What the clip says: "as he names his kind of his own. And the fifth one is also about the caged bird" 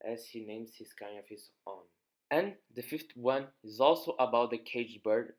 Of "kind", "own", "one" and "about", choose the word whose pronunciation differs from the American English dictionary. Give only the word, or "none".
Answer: kind